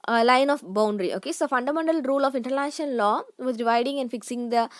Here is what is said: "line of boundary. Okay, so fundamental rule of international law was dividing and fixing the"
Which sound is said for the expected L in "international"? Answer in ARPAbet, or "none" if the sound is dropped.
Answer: N